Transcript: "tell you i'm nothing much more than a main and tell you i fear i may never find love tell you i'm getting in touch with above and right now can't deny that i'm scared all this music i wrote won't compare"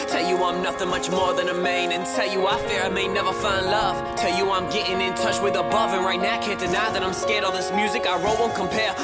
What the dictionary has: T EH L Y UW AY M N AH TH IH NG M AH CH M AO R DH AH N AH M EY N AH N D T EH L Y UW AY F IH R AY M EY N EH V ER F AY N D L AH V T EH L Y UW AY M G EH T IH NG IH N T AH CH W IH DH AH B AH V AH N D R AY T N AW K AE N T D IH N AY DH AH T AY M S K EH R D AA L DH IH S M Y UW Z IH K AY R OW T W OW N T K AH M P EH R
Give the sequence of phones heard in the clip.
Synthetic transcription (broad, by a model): T EH L Y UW AY M N AH TH IH NG M AH CH M AO R DH AH N AH M EY N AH N T EH L Y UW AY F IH R AY M EY N EH V ER F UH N L AH V T EH L Y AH AY M G EH T IH NG IH N T AH CH W IH DH AH B AH V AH N R AY T N AW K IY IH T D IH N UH DH AH T AY M S K EH R D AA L DH IH S M Y UW Z IH K AY R OW T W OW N K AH M P EH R